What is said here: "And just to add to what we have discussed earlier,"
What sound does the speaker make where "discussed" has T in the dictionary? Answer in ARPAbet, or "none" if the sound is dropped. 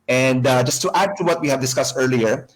T